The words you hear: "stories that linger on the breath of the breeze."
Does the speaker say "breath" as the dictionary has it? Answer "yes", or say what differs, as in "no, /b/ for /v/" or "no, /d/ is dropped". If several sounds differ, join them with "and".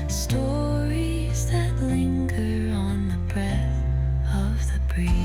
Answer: yes